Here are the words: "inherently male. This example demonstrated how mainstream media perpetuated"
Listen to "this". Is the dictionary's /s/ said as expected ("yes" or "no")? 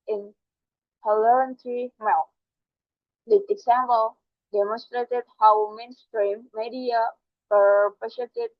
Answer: no